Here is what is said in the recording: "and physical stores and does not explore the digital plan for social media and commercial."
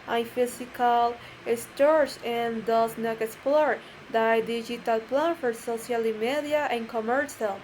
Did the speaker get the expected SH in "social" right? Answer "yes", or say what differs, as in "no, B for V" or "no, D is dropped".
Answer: no, S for SH